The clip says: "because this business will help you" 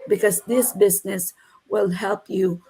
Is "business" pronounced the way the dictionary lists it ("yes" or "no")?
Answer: yes